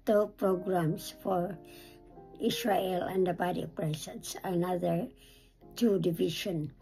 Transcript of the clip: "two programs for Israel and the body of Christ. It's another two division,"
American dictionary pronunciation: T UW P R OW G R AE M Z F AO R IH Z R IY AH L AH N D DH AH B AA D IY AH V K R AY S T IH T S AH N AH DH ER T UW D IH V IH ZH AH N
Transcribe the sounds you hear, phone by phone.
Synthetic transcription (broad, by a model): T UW P R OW G R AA M S F AO R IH S R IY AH L AH N D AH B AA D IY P R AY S IH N S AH N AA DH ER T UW D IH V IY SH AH N